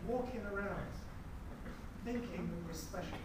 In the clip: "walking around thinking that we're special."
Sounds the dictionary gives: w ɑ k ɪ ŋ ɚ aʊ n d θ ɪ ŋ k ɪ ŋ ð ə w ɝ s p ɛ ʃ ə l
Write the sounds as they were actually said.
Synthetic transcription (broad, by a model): w ɑ k ɪ ŋ ɚ aʊ n d θ ɪ ŋ k ɪ ŋ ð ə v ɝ s p ɛ ʃ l